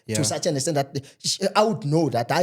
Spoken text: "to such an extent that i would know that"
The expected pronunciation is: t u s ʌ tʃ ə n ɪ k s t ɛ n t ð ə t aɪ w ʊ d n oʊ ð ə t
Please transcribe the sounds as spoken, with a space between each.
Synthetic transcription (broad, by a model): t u s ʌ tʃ ə n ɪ s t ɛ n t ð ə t aɪ w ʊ d n oʊ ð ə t